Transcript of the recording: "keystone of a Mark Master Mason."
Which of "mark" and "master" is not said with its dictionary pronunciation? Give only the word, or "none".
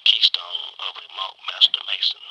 mark